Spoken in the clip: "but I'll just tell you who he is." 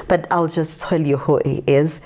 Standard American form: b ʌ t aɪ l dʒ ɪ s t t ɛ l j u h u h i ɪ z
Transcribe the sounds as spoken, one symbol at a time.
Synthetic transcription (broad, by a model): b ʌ t aɪ l dʒ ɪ s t t ɛ l j u h u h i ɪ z